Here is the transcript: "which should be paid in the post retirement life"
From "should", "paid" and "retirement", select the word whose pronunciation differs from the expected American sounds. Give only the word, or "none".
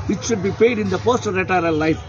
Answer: retirement